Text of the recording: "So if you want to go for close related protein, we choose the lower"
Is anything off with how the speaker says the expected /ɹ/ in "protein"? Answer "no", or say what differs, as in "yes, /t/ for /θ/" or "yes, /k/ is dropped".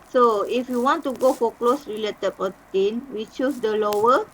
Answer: yes, /ɹ/ is dropped